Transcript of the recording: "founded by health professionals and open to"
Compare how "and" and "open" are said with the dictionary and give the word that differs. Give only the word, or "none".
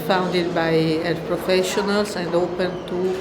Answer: none